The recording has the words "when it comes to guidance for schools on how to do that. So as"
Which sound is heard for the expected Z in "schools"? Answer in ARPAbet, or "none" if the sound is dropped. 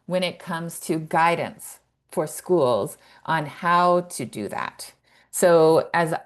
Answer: Z